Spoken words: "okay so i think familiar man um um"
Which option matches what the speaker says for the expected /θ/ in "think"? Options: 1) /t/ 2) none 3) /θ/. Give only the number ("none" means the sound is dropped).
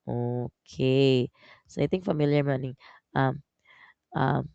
1